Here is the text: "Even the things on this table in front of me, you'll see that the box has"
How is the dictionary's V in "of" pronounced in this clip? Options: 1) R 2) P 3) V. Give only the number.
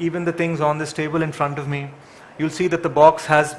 3